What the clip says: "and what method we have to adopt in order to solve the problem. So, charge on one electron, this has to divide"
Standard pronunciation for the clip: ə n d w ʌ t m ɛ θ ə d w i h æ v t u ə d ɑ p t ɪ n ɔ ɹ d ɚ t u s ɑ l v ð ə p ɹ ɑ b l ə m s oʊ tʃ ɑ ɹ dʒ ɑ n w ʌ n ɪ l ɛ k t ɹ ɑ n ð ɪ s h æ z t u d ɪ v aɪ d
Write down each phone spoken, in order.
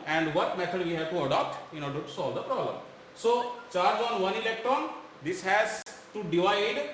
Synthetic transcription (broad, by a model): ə n d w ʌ t m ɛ t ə d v i h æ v t u ə d ɑ p t ɪ n ɔ ɹ d ɚ t u s ɑ l v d ə p ɹ ɑ b l ə m s oʊ tʃ ɑ ɹ dʒ ɑ n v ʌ n ɪ l ɛ k t ɹ ɑ n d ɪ s h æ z t u d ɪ v aɪ d